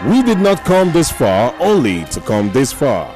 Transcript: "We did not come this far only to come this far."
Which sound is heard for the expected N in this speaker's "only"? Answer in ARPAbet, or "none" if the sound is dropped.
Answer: N